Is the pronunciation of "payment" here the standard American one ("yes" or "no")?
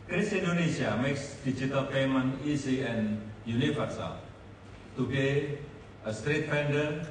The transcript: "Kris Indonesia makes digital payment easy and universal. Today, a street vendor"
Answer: no